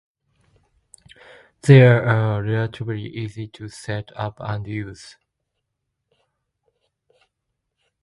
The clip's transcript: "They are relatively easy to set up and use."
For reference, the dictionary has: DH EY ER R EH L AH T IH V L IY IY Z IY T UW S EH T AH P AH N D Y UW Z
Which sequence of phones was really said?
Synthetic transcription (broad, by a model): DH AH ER R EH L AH T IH B L IY IY Z IY T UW S EH T AH P AH N D Y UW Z